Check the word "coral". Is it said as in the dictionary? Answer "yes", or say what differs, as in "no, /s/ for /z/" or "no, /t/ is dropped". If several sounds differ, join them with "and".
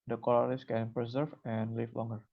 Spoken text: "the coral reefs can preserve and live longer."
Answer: no, /l/ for /ɹ/